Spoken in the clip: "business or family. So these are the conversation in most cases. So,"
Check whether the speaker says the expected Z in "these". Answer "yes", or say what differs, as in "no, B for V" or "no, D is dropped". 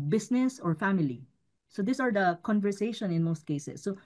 no, S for Z